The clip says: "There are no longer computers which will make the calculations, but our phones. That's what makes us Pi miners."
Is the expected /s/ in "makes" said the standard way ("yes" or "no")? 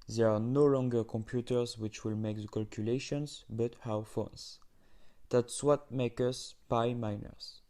no